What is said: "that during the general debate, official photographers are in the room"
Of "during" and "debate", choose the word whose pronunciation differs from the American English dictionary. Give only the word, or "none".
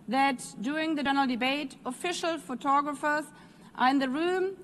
during